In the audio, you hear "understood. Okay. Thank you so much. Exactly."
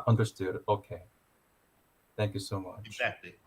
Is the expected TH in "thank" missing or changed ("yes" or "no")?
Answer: no